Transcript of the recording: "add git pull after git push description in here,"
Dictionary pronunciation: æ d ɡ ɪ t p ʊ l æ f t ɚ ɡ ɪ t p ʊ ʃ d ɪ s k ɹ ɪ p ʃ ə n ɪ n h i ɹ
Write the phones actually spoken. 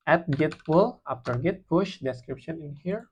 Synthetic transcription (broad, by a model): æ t ɡ ɪ t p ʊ l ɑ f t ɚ ɡ ɪ t p ʊ ʃ d ɪ s k ɹ ɪ p ʃ ə n ɪ n h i ɹ